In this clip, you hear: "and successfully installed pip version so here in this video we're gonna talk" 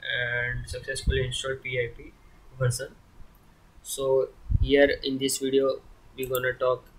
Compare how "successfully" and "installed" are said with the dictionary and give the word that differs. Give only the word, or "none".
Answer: installed